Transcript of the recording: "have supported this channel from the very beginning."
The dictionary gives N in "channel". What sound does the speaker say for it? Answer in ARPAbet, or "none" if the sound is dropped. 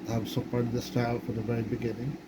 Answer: none